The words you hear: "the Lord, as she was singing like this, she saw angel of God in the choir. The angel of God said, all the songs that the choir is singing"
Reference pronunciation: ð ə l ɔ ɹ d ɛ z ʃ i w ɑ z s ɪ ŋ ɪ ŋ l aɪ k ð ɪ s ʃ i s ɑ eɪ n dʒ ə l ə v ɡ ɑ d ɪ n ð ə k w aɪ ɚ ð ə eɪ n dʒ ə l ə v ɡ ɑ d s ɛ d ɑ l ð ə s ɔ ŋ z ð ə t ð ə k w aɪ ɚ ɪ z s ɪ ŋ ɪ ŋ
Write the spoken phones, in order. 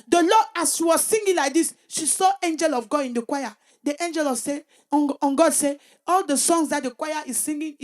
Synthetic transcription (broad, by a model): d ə l ɔ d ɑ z ʃ i w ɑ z s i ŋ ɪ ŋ l aɪ k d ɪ s ʃ i s ɑ eɪ n dʒ ə l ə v ɡ ɑ d ɪ n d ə k w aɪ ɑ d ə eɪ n dʒ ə l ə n ɡ ɑ d s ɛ ɑ l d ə s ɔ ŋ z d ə t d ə k w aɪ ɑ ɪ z s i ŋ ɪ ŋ